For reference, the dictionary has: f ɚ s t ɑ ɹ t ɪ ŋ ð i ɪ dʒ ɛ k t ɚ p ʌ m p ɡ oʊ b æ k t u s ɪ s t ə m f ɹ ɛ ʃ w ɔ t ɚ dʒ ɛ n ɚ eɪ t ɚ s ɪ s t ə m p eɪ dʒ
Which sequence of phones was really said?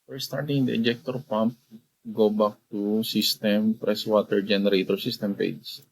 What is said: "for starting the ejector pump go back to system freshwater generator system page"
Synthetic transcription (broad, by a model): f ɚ s t ɑ ɹ t ɪ ŋ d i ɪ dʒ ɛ k t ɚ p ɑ m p ɡ oʊ b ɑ k t u s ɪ s t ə m p ɹ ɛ s w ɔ t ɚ dʒ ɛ n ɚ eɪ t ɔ s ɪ s t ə m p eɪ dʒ